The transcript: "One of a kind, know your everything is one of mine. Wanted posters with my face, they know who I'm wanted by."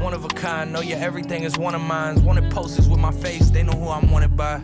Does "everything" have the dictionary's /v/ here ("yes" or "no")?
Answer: yes